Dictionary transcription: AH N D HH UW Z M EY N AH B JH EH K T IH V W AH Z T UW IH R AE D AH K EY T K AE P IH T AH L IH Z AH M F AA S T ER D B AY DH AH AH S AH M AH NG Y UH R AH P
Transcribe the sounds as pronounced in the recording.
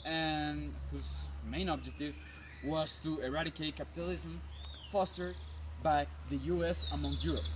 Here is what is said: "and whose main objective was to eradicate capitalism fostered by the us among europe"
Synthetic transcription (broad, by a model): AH N HH UW Z M EY N AH B JH EH K T IH V W AH Z T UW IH R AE D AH K EY T K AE P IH T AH L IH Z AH M F AA S T ER D B AY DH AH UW S AH M AH NG Y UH R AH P